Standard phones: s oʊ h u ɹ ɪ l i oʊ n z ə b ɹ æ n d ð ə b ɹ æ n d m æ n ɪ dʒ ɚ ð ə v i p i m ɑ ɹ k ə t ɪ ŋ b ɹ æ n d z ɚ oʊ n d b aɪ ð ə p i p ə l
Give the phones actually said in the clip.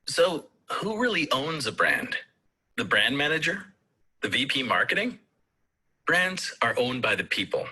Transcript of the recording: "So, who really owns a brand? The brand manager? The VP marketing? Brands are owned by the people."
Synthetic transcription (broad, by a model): s oʊ h u ɹ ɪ l i oʊ n z ə b ɹ æ n d ð ə b ɹ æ n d m æ n ɪ dʒ ɚ ð ə v i p i m ɑ ɹ k ə t ɪ ŋ b ɹ æ n d z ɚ oʊ n b aɪ ð ə p i p l